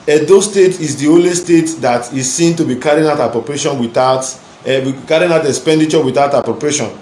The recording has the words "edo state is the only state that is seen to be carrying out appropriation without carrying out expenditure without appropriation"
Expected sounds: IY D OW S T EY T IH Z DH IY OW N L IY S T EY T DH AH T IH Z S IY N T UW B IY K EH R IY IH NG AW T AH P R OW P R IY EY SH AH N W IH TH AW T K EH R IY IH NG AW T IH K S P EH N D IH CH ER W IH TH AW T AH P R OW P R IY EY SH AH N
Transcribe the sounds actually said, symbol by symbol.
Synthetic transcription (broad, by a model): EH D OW S T EY T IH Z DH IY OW L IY S T EY T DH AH T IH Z S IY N T UW B IY K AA R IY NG AW T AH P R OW P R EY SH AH N W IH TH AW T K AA R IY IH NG AW T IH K S P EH N D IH CH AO W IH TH AW T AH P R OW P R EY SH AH N